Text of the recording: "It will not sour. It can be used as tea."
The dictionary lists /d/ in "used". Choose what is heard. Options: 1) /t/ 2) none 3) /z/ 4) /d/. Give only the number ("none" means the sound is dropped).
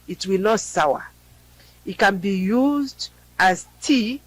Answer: 4